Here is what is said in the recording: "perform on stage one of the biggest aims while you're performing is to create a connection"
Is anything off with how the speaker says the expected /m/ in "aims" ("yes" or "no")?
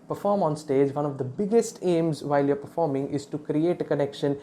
no